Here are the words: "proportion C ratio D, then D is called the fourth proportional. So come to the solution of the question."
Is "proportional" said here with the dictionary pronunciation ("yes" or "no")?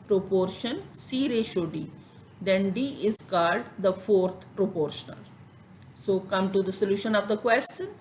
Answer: yes